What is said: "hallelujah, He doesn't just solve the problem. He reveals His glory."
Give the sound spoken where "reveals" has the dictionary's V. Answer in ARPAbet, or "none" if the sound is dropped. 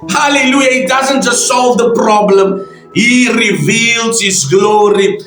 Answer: V